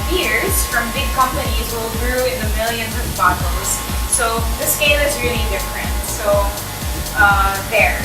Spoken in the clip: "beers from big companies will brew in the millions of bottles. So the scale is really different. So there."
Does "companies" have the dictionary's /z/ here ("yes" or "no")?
yes